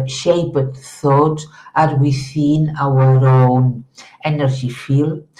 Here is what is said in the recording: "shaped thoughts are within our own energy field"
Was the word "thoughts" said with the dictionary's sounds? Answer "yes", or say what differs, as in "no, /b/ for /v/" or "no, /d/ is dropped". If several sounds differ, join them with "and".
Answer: no, /s/ is dropped